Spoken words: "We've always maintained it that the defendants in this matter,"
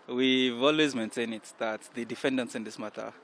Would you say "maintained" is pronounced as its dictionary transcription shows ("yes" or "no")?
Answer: no